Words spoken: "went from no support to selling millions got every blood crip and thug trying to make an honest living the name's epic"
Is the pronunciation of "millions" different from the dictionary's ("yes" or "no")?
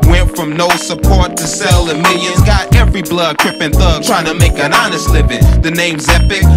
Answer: yes